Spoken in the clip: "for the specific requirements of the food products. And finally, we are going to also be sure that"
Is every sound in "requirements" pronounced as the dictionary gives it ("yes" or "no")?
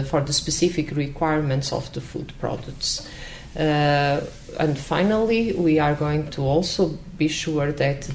yes